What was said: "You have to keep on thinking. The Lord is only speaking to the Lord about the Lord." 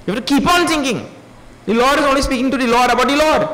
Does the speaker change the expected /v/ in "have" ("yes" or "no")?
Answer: yes